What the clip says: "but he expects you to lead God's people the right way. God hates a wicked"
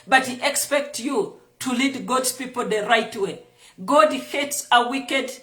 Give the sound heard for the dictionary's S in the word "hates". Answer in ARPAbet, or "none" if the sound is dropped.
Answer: S